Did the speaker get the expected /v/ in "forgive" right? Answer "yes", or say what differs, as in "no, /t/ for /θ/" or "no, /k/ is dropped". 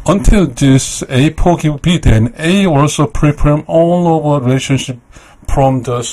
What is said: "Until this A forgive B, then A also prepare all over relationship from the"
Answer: no, /w/ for /v/